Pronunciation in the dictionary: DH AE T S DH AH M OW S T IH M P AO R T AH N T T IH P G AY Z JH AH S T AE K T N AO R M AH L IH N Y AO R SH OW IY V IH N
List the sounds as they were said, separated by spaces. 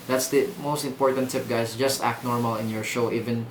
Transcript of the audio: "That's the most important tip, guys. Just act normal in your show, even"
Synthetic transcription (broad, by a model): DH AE T S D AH M OW S T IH M P AO R T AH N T T IH P G AY S JH AH S T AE K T N AO R M AH L IH N Y AO R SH OW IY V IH N